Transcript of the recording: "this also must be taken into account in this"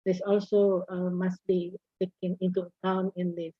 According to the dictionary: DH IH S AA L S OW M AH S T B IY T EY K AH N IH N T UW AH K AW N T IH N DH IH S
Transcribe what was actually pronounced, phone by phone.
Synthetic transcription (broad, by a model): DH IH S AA L S OW M AH S T B IY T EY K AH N IH N T UW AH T AW N IH N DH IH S